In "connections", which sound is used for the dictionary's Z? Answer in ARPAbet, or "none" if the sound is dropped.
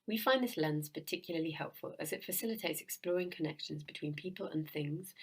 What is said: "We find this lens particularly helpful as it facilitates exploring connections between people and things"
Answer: Z